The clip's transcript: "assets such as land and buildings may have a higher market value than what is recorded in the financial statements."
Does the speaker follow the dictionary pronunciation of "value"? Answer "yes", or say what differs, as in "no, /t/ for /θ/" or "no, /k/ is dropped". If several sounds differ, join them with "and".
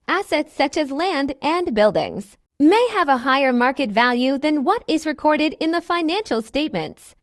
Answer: yes